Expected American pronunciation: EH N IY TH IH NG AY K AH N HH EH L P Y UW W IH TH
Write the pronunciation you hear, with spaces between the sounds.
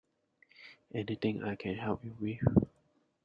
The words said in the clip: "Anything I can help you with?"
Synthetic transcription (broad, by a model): EH N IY T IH NG AY K AH N HH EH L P Y UW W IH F